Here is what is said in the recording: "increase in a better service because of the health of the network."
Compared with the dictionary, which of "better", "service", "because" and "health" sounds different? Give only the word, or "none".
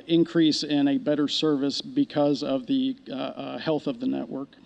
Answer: none